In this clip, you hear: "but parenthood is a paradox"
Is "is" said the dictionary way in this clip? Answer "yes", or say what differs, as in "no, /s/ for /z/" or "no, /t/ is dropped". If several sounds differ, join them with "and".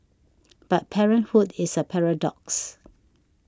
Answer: no, /s/ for /z/